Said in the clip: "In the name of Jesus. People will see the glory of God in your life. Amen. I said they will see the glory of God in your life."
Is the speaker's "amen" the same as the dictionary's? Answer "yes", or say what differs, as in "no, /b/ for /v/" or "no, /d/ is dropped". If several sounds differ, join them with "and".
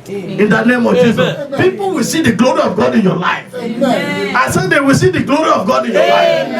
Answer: no, /m/ is dropped